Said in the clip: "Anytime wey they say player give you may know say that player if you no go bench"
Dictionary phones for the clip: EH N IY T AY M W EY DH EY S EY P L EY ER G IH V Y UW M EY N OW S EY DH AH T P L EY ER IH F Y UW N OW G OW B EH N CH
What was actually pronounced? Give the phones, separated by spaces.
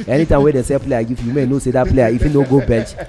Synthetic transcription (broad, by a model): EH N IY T AY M W EY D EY S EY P L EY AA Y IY F Y UW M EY N OW S EY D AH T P L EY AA IH F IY N OW G OW B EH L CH